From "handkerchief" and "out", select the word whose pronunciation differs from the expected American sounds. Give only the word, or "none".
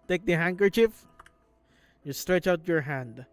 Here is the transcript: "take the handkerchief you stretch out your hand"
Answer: none